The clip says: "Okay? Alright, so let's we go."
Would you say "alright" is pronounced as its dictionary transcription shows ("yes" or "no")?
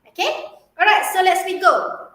no